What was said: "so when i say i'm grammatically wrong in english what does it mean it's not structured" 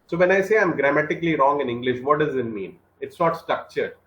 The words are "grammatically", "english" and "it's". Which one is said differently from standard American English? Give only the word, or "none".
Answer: none